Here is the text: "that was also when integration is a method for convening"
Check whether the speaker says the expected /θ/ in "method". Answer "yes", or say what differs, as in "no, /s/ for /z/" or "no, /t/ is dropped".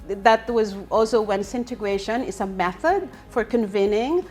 yes